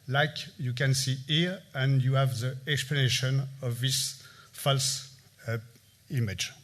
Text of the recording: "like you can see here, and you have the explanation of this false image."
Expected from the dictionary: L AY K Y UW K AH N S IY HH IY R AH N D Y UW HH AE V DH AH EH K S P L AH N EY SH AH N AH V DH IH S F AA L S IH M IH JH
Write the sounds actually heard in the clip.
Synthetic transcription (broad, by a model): L AY K Y UW K AH N S IY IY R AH N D Y UW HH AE V DH AH EH K S P L AH N EY SH AH N AH V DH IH S F AA L S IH M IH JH